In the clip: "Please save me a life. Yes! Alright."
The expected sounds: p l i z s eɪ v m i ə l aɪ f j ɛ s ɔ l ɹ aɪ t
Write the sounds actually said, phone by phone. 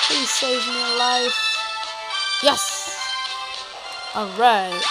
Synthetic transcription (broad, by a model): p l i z s eɪ v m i ə l aɪ f j ɛ s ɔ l ɹ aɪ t